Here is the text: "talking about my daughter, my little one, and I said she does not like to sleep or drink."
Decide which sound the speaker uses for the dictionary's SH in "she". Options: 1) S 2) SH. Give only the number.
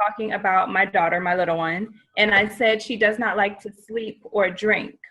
2